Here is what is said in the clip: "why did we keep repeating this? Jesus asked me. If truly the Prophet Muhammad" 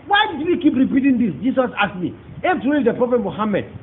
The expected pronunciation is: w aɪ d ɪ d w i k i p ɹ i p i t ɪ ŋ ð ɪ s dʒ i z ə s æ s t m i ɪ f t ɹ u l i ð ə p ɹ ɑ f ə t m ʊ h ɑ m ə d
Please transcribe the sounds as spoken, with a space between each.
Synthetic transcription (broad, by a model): w aɪ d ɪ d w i k i p ɹ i p i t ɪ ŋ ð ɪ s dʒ i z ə s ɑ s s m i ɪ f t u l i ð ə p ɹ ɑ f ə t m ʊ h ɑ m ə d